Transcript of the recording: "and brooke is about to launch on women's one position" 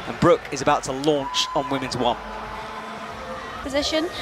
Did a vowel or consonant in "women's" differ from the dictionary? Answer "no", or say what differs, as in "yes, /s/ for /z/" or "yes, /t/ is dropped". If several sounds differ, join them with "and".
no